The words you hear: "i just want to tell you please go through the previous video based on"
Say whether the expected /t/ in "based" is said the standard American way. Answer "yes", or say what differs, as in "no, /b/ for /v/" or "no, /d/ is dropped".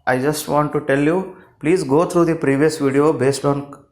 yes